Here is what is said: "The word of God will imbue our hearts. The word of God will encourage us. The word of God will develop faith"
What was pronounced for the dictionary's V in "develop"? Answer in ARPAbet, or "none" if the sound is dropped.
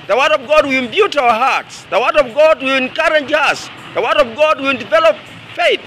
V